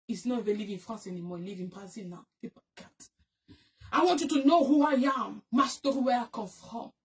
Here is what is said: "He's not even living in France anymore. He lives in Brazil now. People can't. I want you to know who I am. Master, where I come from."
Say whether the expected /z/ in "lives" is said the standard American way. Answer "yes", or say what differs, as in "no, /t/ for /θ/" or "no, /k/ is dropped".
no, /z/ is dropped